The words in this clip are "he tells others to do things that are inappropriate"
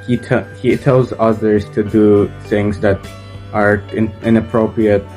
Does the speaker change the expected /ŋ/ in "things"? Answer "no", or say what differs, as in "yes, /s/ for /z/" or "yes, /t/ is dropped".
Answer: no